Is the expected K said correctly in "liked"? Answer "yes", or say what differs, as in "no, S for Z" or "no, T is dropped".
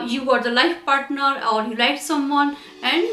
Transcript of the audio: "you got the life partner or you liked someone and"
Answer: no, K is dropped